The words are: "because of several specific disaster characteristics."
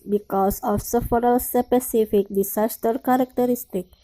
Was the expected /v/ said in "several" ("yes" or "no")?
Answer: no